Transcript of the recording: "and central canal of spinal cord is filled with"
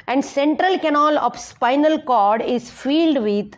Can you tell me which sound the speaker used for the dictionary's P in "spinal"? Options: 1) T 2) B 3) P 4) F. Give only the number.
3